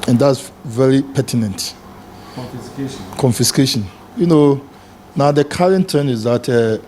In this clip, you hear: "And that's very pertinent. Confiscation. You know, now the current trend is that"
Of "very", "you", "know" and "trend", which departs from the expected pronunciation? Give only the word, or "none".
trend